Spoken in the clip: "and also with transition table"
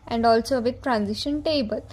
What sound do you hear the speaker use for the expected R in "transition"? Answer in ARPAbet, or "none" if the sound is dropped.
R